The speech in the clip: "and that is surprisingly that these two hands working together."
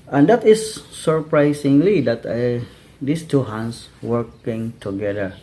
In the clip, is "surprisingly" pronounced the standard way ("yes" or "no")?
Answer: no